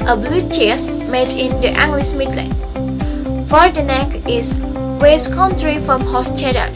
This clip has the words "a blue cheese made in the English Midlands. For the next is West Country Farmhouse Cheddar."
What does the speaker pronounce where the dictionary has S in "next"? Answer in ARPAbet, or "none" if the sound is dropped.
none